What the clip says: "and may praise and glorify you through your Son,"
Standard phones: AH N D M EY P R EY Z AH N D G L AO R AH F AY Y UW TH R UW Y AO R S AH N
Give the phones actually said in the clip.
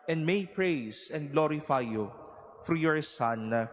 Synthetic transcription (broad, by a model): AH N D M EY P R EY S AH N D G L AO R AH F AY Y UW F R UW Y AO R S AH N